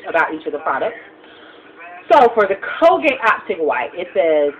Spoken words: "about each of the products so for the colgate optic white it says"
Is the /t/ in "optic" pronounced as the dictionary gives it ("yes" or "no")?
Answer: no